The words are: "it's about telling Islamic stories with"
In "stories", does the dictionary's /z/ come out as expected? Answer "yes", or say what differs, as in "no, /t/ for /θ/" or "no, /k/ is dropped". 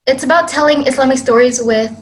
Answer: yes